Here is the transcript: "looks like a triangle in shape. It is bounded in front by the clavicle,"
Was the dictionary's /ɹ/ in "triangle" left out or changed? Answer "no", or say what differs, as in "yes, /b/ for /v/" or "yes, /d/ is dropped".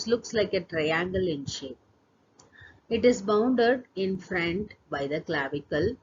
no